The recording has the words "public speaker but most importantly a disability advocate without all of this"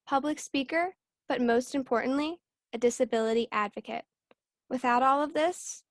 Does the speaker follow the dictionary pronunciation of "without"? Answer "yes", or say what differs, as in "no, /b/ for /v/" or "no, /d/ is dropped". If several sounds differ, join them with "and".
yes